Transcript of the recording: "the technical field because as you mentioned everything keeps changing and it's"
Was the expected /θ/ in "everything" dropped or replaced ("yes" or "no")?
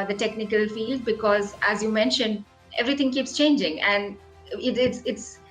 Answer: yes